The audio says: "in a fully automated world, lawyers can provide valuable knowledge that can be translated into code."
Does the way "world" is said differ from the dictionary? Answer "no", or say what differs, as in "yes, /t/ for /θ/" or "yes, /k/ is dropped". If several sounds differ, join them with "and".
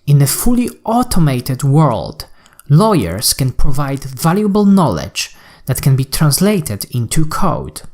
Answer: no